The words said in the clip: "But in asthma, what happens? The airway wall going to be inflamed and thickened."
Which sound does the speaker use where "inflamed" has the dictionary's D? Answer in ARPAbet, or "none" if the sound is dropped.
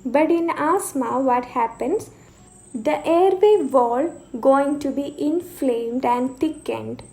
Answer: D